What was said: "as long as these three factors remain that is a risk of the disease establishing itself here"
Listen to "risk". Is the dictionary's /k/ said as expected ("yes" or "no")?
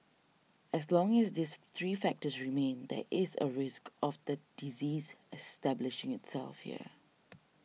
yes